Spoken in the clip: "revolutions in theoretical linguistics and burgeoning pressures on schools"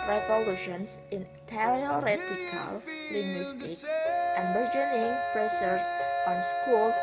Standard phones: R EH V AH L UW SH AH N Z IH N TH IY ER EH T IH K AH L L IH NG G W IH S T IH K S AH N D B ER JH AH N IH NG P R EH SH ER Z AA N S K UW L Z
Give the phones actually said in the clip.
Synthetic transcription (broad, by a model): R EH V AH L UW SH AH N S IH N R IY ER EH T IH K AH L L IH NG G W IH S T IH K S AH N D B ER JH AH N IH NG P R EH S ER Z AA N S K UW L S